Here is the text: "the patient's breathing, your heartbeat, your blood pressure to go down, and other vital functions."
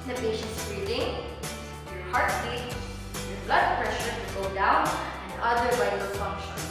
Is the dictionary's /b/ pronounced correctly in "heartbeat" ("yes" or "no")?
no